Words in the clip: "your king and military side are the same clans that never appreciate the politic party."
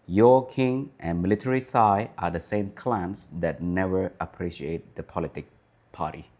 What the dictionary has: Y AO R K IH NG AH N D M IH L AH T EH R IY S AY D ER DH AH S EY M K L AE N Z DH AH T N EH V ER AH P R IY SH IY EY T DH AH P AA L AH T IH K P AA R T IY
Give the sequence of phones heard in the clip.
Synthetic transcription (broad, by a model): Y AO K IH NG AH N M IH L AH T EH R IY S AY ER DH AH S EY M K L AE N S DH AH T N EH V ER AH P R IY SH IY EY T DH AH P AA L AH T IH K P AA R T IY